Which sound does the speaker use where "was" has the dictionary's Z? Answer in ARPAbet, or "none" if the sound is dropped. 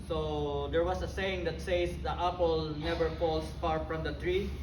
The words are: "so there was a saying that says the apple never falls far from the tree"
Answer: S